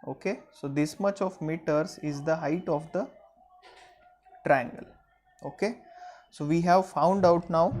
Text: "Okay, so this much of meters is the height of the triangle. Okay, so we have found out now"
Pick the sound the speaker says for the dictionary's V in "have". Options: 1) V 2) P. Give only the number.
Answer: 1